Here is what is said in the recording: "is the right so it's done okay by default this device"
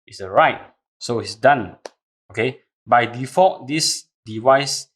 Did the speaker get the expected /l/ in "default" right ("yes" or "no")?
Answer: no